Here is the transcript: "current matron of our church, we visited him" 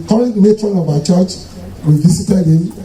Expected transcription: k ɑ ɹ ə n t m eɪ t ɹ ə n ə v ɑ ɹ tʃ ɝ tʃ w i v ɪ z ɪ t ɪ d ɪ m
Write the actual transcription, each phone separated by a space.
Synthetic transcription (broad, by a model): k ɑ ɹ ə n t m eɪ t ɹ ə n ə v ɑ tʃ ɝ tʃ w i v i s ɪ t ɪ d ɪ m